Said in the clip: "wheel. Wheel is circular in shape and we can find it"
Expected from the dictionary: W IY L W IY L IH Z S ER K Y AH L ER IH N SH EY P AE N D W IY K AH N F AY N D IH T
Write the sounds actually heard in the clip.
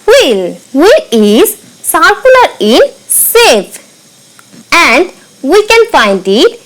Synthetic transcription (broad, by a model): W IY L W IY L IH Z S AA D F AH L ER IH N S EY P AE N D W IY K AH N F AY N D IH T